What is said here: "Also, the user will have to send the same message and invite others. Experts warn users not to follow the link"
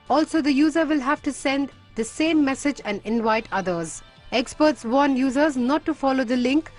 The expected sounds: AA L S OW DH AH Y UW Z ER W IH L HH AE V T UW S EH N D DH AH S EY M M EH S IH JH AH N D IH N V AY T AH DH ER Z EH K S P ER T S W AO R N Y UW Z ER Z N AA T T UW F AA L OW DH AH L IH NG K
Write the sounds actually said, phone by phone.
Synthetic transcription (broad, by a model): AA L S OW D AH Y UW Z ER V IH L HH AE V T UW S EH N D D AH S EY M M EH S IH JH AH N D IH N V AY T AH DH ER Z EH K S P ER T S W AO N Y UW Z ER Z N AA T T UW F AA L OW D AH L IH NG K